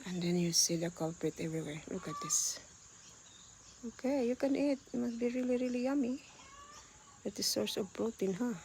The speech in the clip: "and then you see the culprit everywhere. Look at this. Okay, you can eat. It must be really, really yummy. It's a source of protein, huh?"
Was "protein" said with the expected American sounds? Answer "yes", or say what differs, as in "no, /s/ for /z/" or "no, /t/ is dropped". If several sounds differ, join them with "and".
no, /b/ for /p/